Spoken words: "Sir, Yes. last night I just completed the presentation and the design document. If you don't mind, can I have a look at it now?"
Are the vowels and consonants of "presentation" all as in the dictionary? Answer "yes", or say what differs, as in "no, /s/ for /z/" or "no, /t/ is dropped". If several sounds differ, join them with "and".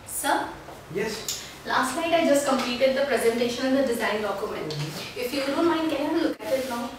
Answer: yes